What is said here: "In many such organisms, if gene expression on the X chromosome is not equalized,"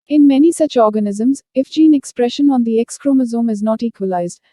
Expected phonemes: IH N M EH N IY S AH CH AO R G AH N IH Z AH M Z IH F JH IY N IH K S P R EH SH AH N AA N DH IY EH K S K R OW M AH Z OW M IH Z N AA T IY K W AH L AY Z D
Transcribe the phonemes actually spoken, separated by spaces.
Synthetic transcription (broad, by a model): IH N M EH N IY S AH CH AO R G AH N IH Z AH M Z IH F JH IY N IH K S P R EH SH AH N AA N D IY EH K S K R OW M AH Z OW M IH Z N AA T IY K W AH L AY Z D